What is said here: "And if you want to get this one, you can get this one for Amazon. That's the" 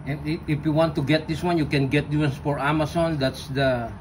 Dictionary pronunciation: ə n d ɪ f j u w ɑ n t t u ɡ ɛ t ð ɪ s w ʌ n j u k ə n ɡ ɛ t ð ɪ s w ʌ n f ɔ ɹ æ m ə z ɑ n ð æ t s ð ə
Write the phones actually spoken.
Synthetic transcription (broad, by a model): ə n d ɪ f j u w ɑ n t t u ɡ ɛ t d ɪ s w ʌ n j u k ə n ɡ ɛ t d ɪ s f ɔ ɹ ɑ m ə s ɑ n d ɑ t s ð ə